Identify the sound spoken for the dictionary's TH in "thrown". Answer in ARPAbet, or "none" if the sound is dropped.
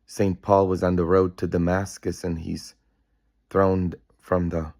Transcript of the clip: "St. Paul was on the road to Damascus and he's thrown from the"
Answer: TH